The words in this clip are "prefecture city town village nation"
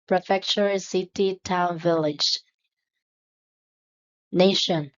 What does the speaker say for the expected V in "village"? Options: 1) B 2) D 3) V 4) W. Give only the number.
3